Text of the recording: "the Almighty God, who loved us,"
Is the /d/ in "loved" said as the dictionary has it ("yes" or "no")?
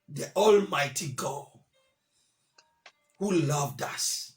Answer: yes